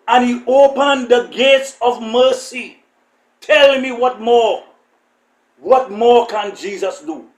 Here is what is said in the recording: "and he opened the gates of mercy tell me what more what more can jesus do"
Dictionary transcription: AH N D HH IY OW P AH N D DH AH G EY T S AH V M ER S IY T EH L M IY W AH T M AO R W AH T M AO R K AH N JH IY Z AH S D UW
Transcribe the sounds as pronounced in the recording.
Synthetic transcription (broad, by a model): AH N HH IY OW P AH N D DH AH G EY T S AH V M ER S IY T EH L M IY W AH T M AO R W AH T M AO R K AH N JH IY Z AH S D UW